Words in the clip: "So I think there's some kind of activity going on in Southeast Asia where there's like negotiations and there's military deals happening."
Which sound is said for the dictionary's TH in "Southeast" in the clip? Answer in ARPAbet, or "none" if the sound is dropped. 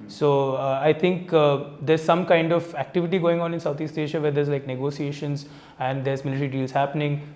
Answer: T